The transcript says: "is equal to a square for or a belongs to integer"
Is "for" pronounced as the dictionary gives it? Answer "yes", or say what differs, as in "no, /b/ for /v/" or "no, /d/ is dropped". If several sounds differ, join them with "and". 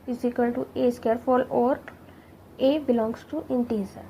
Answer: no, /l/ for /ɹ/